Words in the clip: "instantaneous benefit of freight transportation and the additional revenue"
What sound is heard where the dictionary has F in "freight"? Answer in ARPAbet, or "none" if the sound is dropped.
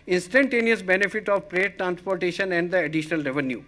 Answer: P